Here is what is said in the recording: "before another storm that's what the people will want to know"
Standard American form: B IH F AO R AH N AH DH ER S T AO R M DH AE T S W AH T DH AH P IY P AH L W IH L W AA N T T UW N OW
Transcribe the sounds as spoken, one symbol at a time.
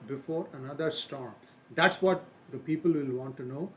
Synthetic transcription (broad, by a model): B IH F AO R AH N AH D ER S T AO R M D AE T S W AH T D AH P IY P AH L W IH L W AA N T T UW N OW